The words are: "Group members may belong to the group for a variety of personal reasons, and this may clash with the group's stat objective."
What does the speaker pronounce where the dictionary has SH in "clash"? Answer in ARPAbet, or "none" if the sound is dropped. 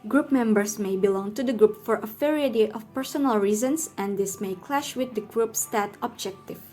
SH